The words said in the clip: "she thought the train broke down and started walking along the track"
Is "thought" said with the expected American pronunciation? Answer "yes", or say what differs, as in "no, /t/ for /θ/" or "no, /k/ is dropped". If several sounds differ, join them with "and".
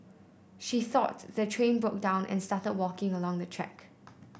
yes